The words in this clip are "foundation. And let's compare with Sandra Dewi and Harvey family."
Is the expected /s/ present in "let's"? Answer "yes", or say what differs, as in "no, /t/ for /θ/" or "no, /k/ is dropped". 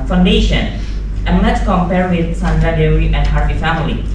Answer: no, /s/ is dropped